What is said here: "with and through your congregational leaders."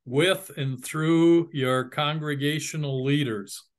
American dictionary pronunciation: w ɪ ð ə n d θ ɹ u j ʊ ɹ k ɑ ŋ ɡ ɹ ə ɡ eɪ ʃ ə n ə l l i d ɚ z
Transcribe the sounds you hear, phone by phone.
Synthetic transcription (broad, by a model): w ɪ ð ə n θ ɹ u j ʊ ɹ k ɑ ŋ ɡ ɹ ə ɡ eɪ ʃ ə n l l i d ɚ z